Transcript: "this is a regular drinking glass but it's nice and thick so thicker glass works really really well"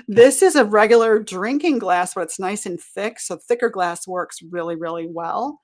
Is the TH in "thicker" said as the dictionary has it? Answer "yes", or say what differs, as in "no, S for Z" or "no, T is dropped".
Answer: yes